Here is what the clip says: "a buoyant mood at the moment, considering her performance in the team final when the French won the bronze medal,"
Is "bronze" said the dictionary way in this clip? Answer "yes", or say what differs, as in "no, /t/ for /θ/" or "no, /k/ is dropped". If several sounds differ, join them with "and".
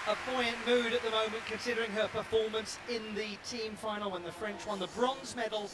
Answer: yes